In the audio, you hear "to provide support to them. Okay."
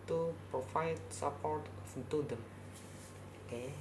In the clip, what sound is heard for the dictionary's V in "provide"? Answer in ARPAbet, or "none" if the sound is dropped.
F